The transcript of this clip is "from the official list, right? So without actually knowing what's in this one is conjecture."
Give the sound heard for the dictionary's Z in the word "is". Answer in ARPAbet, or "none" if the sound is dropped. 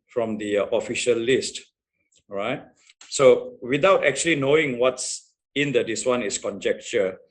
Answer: S